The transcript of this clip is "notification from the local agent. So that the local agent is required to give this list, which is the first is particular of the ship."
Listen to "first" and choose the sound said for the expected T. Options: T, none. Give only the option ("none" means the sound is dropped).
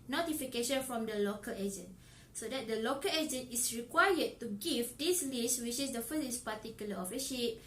none